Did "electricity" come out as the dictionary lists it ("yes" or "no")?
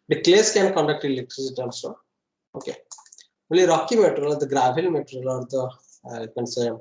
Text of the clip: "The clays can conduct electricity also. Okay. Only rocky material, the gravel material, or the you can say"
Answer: no